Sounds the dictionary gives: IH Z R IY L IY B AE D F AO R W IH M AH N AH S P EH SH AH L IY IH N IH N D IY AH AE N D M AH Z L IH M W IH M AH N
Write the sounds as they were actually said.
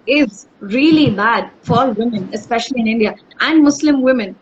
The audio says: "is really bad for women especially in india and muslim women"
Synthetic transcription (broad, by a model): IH Z R IY L IY B AE D F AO L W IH M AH N AH S P EH SH AH L IY IH N IH N D IY AH AE N D M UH S L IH M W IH M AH N